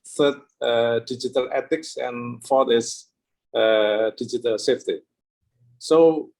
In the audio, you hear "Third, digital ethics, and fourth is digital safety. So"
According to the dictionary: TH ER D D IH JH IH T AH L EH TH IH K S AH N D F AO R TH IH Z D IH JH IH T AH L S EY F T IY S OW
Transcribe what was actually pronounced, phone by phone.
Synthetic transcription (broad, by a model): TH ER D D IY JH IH T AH L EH T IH K S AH N F AO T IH S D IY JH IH T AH L S EY F T IY S OW